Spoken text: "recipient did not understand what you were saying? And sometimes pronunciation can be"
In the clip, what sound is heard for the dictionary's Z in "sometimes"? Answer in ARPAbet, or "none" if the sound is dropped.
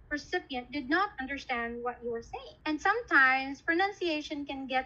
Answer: S